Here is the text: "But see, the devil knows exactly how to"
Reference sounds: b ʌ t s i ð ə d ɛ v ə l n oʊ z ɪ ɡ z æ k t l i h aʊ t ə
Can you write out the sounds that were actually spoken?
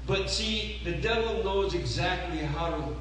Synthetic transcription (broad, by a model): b ʌ t s i ð ə d ɛ v ə l n oʊ z ɪ ɡ z æ k t l i h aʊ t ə